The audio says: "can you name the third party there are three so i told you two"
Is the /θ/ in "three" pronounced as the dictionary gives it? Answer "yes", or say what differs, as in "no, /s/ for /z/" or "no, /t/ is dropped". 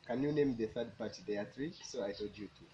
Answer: no, /t/ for /θ/